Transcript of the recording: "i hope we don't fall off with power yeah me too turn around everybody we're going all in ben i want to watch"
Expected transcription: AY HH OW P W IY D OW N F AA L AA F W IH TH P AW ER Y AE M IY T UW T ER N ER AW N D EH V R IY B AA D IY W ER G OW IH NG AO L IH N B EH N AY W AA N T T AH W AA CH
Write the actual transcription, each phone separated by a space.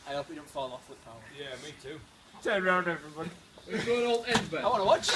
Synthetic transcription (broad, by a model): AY HH OW P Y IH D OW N F AA L AA F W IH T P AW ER Y AE M IY T UW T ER ER AW N D EH V R IY B AA D IY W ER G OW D AO L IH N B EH AY W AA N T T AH W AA CH